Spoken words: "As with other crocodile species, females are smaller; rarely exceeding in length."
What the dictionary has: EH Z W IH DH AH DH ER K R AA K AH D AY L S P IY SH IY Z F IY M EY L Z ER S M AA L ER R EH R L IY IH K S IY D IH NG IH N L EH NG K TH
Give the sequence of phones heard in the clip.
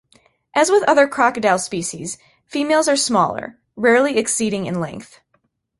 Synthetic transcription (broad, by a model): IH Z W IH DH AH DH ER K R AA K AH D AY L S P IY SH IY Z F IY M EY L Z ER S M AA L ER R EH R L IY IH K S IY D IH NG IH N L EH NG K TH